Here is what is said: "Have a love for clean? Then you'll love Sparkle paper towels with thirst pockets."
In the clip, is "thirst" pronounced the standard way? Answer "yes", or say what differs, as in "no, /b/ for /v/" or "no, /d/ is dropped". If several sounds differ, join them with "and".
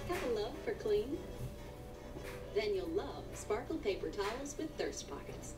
yes